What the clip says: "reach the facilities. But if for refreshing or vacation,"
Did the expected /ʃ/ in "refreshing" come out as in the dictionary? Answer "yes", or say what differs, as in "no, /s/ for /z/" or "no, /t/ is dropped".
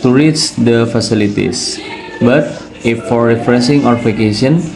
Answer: no, /s/ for /ʃ/